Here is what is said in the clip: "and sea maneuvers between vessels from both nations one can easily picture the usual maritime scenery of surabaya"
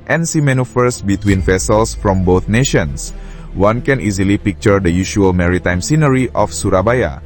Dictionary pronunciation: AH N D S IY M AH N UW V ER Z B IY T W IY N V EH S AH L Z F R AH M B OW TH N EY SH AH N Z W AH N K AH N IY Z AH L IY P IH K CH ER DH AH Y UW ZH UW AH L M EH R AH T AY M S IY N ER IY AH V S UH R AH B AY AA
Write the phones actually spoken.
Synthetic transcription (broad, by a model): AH N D S IY M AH N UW F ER S B IY T W IY N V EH S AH L S F R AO M B OW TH N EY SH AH N S W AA N K AH N IY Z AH L IY P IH K CH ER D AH Y UW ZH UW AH L M EH R AH T AY M S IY N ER IY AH F S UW R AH B AY AA